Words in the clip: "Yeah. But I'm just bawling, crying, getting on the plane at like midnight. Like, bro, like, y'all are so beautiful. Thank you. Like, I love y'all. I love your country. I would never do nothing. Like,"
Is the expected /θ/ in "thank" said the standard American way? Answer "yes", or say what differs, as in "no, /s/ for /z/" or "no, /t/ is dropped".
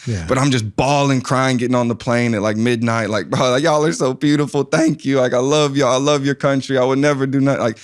yes